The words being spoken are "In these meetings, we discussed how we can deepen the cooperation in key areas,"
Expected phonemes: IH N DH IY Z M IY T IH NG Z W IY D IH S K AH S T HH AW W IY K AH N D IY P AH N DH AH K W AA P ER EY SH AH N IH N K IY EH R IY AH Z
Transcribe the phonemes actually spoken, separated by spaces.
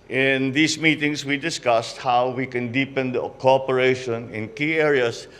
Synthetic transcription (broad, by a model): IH N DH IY S M IY T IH NG S W IY D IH S K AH S T HH AW W IY K AH N D IY P AH N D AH K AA P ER EY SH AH N IH N K IY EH R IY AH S